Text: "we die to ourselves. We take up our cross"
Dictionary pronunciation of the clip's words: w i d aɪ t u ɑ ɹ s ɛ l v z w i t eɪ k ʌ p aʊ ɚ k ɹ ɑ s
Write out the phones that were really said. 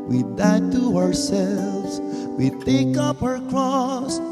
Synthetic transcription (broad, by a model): w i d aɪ t u ɑ ɹ s ɛ l v z w i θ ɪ k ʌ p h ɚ k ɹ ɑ s